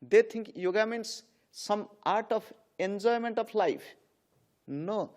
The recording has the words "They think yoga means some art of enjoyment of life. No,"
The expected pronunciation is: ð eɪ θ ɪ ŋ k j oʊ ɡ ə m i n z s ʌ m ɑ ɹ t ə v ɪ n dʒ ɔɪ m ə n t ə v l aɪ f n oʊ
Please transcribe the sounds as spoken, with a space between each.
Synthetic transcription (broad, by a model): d eɪ t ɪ ŋ k j oʊ ɡ ə m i n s s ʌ m ɑ ɹ t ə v ɪ n dʒ ɔɪ m ə n t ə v l aɪ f n oʊ